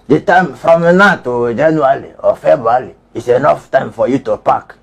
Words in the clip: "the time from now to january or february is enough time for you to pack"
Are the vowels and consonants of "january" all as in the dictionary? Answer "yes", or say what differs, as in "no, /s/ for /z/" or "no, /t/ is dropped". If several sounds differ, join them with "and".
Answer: no, /l/ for /ɹ/